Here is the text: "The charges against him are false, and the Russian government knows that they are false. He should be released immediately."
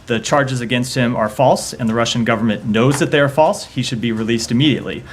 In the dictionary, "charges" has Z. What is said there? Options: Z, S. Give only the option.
Z